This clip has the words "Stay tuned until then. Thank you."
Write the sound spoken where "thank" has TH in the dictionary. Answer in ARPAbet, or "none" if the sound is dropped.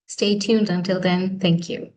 TH